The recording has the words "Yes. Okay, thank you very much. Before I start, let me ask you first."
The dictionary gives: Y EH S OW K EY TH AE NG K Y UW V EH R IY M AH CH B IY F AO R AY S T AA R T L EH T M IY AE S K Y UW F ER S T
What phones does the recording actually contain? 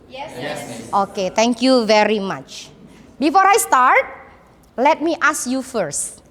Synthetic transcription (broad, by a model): Y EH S OW K EY T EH NG K Y UW V EH R IY M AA CH B IY F AO R AY S T AA R T L EH T M IY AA S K Y UW F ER S T